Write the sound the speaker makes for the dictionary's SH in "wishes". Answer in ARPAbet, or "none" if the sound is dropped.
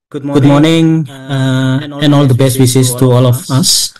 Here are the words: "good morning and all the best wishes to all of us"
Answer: S